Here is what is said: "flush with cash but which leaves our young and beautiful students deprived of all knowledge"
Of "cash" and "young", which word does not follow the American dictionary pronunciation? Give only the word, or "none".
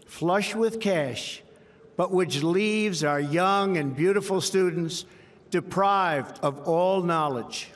none